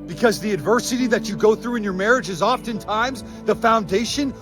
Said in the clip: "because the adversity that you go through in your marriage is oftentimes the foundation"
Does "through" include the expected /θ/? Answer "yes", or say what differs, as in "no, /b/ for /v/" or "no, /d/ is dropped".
yes